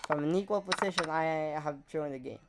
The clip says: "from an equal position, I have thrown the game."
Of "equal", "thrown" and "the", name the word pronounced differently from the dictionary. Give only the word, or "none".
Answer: thrown